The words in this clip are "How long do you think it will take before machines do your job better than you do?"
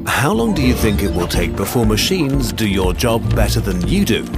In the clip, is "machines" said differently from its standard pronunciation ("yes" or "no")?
no